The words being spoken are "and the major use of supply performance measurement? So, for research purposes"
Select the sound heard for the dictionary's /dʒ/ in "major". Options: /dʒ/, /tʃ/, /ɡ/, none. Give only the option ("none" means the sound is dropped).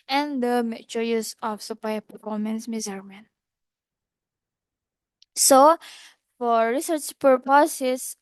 /tʃ/